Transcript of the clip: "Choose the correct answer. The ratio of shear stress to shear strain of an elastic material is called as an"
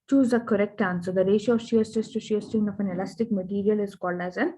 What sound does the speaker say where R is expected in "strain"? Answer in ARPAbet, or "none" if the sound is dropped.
none